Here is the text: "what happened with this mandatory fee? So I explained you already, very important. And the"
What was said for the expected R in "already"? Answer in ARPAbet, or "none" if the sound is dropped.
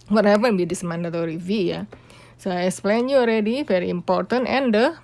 R